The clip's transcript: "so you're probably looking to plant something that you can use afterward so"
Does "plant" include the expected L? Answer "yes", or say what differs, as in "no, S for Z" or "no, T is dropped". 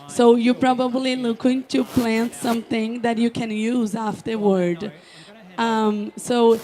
yes